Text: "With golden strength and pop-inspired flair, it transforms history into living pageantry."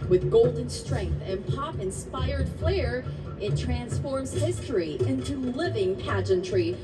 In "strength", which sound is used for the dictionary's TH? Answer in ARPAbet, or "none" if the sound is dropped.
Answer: TH